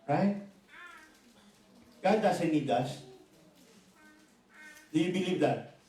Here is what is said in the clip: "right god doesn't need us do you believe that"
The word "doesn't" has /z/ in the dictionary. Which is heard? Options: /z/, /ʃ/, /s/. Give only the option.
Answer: /s/